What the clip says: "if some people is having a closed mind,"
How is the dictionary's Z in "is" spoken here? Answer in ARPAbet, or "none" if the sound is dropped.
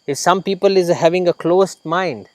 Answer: Z